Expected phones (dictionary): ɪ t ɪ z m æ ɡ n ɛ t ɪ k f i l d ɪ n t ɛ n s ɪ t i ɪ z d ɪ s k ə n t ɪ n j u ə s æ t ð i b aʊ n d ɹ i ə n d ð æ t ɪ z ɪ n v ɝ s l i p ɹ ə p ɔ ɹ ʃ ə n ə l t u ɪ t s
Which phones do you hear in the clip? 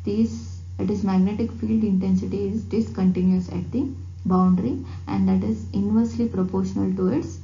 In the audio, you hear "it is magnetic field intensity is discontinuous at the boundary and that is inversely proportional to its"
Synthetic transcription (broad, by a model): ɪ t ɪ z m æ ɡ n ɛ t ɪ k f i l d ɪ n t ɛ n s ɪ t i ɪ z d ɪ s k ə n t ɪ n j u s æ t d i b aʊ n d ɹ i ə n d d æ t ɪ z ɪ n v ɝ s l i p ɹ ə p ɔ ɹ ʃ ə n ə l t u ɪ t s